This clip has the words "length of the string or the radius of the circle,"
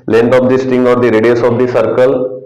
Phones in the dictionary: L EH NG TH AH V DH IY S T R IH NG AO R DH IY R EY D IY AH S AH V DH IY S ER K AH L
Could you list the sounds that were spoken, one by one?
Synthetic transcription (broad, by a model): L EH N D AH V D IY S T IH NG AO R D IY R EY D IY AH S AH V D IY S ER K AH L